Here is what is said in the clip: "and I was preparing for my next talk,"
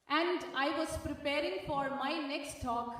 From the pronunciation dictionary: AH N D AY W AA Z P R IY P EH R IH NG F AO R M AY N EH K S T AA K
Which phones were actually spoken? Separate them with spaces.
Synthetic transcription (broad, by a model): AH N D AY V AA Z P R IY P EH R IH NG F AO R M AY N EH K S T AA K